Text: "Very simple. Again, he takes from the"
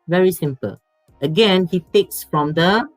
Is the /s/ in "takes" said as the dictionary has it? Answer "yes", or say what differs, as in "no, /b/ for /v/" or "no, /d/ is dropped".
yes